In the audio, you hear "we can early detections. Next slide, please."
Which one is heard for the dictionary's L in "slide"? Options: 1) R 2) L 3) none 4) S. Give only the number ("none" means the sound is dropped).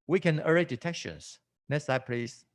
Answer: 3